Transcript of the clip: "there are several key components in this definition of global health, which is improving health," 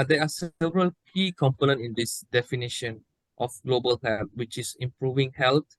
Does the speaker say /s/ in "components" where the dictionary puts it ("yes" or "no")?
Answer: no